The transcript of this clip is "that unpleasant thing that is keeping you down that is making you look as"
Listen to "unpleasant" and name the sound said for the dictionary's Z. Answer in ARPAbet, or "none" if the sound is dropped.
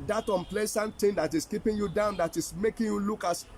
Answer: S